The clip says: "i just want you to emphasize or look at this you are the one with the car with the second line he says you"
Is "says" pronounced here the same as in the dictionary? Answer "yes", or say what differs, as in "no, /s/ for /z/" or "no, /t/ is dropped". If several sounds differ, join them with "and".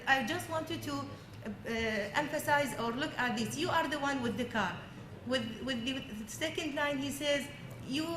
yes